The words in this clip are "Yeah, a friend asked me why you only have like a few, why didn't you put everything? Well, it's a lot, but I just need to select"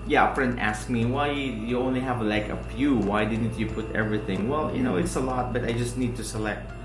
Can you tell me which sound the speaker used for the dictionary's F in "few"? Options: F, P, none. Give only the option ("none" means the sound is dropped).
P